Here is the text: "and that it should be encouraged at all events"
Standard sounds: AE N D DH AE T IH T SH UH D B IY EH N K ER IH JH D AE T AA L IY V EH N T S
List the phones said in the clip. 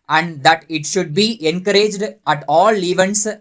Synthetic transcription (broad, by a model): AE N D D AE T IH T SH UH D B IY EH N K ER IH JH D AE T AA L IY V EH N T S